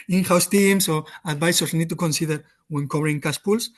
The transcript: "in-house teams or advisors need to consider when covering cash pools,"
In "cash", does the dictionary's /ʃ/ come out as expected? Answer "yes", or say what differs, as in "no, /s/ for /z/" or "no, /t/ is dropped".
no, /s/ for /ʃ/